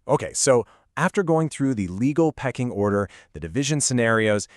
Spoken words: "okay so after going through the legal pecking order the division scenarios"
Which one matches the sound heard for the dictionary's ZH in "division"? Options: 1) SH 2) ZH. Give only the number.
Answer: 2